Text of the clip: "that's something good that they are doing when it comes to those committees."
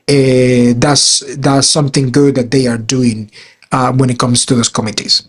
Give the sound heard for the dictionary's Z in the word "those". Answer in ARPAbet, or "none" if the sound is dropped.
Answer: S